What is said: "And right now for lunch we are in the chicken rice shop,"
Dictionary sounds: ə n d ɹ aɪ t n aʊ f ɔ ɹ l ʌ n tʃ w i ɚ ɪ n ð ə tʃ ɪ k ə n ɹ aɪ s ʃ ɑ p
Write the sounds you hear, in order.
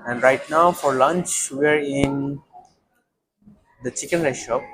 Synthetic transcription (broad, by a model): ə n d ɹ aɪ t n aʊ f ɔ ɹ l ʌ n tʃ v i ɚ ɪ n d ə tʃ ɪ k ə n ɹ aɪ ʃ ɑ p